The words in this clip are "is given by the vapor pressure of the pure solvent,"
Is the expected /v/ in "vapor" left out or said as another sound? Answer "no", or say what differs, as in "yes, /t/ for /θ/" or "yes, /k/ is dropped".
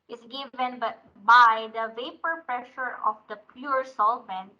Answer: no